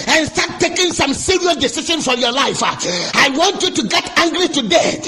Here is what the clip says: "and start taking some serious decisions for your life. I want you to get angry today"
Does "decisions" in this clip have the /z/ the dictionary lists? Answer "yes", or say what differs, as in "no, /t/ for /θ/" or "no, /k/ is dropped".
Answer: no, /z/ is dropped